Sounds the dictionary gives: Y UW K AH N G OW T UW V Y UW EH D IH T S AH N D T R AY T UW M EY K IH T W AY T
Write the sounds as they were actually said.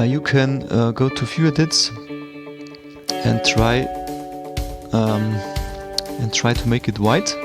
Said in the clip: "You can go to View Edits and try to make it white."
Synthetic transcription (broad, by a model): Y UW K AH N G OW T UW F Y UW EH D IH T S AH N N T R AY T UW M EY K IH T W AY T